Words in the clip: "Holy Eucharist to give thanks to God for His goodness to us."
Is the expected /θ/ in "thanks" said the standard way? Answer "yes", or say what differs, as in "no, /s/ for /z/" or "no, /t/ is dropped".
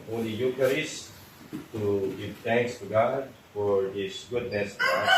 no, /t/ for /θ/